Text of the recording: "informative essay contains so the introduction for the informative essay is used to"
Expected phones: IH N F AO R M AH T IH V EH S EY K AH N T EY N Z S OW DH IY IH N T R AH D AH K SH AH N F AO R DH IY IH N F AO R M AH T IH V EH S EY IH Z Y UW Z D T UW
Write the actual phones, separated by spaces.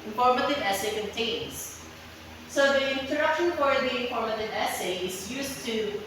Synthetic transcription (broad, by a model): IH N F AO R M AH T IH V EH S EY K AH N T EY N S S OW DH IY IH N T AH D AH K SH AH N F AO R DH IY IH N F AO R M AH T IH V EH S EY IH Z Y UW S T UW